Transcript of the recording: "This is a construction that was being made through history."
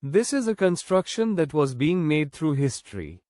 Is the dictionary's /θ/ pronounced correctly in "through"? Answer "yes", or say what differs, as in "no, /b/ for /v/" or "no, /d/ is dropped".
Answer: no, /t/ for /θ/